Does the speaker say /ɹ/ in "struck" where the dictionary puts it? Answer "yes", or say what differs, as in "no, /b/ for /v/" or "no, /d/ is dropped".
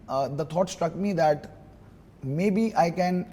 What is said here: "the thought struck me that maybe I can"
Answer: yes